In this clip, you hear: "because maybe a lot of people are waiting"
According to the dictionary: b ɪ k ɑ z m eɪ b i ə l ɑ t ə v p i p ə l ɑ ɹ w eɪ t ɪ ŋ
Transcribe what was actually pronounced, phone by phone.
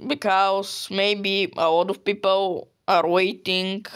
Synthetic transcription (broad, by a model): b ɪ k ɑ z m eɪ b i ə l ɑ t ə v p i p ə l ɑ ɹ w eɪ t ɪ ŋ